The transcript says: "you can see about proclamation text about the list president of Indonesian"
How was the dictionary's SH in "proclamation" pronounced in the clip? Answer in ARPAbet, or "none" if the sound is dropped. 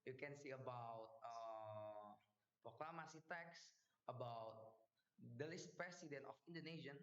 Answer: S